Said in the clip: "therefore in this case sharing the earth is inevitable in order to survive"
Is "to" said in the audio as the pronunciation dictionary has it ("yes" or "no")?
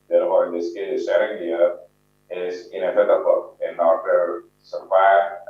no